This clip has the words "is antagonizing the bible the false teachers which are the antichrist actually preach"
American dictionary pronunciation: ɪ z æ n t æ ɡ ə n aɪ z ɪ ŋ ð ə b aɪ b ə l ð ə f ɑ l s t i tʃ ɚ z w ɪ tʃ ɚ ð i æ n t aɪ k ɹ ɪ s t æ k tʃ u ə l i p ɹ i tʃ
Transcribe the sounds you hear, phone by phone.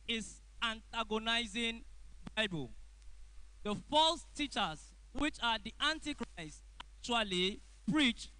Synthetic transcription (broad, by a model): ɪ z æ n t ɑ ɡ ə n aɪ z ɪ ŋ b aɪ b ə l ð ə f ɑ l s t i tʃ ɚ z w ɪ tʃ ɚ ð i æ n t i k ɹ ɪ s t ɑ k tʃ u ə l i p ɹ i tʃ